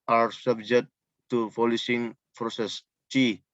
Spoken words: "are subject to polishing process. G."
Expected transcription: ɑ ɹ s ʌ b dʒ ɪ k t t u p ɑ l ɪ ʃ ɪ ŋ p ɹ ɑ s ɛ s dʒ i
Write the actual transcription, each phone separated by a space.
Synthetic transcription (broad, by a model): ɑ ɹ s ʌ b dʒ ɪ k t t u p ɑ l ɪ s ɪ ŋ p ɹ ɑ s ɛ s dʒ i